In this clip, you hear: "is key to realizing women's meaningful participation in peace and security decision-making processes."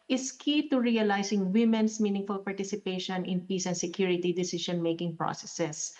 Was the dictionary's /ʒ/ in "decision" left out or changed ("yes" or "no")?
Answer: yes